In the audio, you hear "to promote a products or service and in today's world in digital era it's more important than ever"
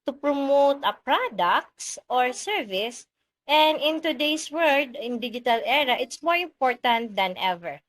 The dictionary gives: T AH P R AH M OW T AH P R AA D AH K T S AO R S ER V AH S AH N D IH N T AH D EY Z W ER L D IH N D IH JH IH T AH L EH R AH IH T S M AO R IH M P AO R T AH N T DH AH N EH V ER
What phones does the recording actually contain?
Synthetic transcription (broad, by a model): T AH P R AH M OW T AH P R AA D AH K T S AO R S ER V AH S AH N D IH N T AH D EY S W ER D IH N D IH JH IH T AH L EH R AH IH T S M AO R IH M P AO R T AH N T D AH N EH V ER